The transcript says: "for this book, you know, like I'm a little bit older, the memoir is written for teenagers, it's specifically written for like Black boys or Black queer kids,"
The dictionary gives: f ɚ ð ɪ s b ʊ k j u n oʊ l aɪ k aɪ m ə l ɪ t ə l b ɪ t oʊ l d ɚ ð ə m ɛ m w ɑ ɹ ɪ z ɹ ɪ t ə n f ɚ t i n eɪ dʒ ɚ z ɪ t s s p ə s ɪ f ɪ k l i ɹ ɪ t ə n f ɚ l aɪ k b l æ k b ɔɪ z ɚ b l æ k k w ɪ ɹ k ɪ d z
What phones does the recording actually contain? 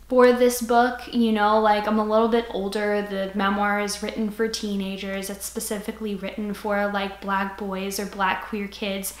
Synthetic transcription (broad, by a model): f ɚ ð ɪ s b ʊ k j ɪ n oʊ l aɪ k aɪ m ə l ɪ t l b ɪ t oʊ l d ɚ ð ə m ɛ m w ɑ ɹ ɪ z ɹ ɪ t n f ɚ t i n eɪ dʒ ɚ z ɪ t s s p ə s ɪ f ɪ k l i ɹ ɪ t n f ɚ l aɪ k b l æ k b ɔɪ z ɚ b l æ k k w ɪ ɹ k ɪ d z